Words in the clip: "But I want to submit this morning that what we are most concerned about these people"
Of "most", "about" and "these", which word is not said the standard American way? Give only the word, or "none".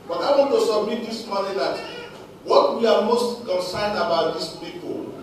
these